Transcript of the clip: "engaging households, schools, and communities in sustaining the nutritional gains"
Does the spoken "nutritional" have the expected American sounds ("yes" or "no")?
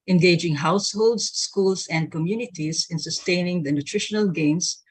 yes